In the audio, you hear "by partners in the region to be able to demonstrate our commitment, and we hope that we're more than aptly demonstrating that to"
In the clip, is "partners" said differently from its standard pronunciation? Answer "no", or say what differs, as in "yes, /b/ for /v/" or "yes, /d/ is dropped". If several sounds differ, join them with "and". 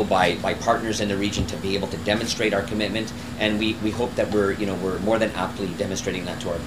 no